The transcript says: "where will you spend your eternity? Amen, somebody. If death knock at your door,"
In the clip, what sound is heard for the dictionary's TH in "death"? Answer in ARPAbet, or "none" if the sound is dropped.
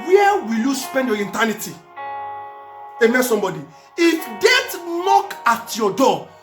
T